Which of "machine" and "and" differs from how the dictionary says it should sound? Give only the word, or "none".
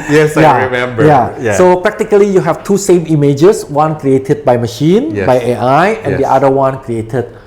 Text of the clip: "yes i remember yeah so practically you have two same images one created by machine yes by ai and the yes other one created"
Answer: none